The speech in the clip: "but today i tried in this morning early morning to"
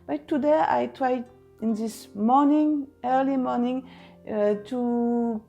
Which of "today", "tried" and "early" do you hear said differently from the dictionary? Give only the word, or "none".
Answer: none